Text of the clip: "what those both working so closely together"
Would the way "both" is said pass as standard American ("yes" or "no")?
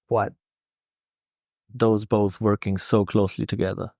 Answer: yes